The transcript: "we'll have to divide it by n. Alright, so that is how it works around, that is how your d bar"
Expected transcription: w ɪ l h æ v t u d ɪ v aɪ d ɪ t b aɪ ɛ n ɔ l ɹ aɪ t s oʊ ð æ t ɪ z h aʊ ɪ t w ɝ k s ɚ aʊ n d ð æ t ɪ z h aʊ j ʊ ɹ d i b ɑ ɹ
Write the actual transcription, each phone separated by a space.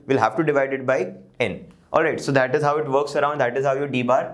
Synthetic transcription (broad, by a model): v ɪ l h æ v t u d ɪ v aɪ d ɪ t b aɪ ɛ n ɔ l ɹ aɪ t s oʊ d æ t ɪ z h aʊ ɪ t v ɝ k s ɚ aʊ n d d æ t ɪ z h aʊ j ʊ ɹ d i b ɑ ɹ